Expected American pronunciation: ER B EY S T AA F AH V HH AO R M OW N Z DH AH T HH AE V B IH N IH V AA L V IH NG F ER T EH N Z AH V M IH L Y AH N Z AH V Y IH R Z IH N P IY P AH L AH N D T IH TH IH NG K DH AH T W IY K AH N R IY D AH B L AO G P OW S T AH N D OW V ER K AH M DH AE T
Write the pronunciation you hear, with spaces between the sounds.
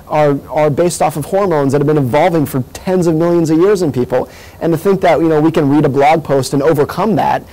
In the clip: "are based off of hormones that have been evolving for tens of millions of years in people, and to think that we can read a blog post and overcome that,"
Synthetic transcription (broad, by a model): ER B EY S T AA F AH V HH AO R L OW N Z DH AH T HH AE V B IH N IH V AA L V IH NG F ER T EH N Z AH V M IH L Y AH N Z AH V Y IH R Z IH N P IY P L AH N T IH TH IH NG K DH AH T W IY K AH N R IY D AH B L AO G P OW S T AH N OW V ER K AH M DH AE T